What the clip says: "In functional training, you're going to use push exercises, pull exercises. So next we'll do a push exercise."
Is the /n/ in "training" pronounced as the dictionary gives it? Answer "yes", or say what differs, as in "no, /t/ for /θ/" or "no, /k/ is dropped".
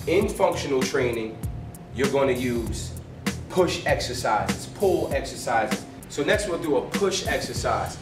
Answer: yes